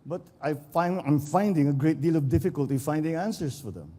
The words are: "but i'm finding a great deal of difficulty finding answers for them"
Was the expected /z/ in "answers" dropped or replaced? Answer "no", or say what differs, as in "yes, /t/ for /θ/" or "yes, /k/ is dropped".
yes, /s/ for /z/